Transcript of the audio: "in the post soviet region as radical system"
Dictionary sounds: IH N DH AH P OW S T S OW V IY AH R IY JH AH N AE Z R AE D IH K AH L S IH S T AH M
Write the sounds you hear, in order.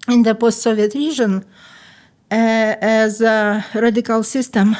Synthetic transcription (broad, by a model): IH N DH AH P OW S T S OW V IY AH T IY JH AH N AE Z R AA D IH K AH L S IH S T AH M